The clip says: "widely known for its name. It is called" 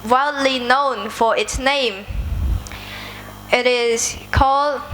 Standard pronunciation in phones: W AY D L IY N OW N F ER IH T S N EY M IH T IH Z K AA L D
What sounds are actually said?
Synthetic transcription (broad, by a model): W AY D L IY N OW N F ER IH T S N EY M IH T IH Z K AA L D